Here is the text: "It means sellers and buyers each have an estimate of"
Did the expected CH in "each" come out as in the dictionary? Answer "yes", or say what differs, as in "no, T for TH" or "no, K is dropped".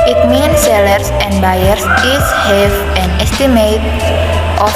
no, S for CH